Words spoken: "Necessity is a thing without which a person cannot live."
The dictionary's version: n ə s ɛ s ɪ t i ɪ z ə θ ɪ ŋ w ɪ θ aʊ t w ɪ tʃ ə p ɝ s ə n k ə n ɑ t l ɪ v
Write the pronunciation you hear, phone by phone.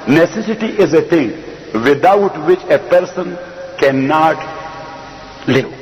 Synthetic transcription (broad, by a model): n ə s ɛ s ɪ t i ɪ z ə t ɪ ŋ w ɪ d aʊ t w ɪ tʃ ə p ɝ s ə n k ə n ɑ t l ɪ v